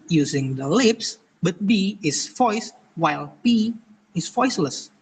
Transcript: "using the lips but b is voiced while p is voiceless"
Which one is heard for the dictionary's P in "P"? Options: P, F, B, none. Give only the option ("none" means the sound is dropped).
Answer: B